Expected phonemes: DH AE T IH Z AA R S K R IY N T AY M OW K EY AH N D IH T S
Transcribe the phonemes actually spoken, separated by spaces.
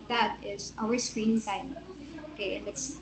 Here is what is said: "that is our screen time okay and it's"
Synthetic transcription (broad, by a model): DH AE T IH Z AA W S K R IY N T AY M OW K EY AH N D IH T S